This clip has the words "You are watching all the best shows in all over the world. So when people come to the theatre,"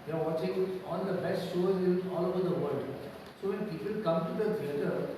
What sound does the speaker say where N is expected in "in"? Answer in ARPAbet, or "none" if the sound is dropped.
L